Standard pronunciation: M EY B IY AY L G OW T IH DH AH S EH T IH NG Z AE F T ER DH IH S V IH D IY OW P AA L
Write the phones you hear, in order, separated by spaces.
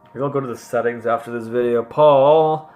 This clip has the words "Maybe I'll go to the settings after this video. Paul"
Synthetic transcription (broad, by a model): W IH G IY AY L G OW T IH DH AH S EH T IH NG Z AE F T ER DH IH S V IH D IY OW P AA L